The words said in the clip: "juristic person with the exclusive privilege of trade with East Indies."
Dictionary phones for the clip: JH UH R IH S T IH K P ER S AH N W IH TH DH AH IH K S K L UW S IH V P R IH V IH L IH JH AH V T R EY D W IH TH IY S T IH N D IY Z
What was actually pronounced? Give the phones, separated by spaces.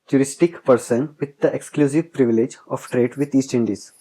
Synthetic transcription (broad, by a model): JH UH R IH S T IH K P ER S AH N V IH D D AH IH K S K L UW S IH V P R IH V IH L IH JH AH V T R EY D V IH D IY S T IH N D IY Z